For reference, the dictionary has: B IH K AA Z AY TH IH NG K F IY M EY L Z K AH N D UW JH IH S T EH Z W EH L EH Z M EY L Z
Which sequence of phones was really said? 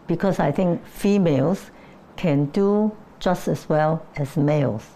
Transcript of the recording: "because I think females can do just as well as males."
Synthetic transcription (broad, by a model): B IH K AA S AY T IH NG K F IY M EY L S K AH N D UW JH IH S T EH S W EH L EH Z M EY L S